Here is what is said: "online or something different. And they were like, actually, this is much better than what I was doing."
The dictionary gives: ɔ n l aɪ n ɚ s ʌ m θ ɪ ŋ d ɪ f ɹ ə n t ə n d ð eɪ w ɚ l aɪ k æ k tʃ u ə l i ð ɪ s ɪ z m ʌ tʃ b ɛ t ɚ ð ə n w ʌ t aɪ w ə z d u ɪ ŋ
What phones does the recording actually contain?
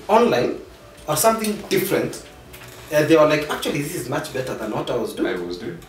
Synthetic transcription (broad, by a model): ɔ n l aɪ n ɚ s ʌ m θ ɪ ŋ d ɪ f ɹ ə n t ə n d ð eɪ w ɚ l aɪ k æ k tʃ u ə l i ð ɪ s ɪ z m ʌ tʃ b ɛ t ɚ ð ə n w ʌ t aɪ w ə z d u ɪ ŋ